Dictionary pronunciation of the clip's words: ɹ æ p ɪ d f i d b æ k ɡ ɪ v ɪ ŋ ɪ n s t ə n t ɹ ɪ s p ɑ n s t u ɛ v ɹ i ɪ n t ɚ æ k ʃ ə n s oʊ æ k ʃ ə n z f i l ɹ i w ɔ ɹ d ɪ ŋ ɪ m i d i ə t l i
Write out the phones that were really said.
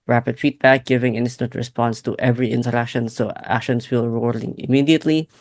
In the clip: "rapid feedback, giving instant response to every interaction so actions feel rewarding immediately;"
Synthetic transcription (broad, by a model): ɹ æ p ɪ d f i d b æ k ɡ ɪ v ɪ ŋ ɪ n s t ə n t ɹ ɪ s p ɑ n s t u ɛ v ɹ i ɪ n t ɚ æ k ʃ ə n s oʊ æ k ʃ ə n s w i l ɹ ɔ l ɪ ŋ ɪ m i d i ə t l i